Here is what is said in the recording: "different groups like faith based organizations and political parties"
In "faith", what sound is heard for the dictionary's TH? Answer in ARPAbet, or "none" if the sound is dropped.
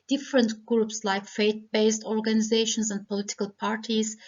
T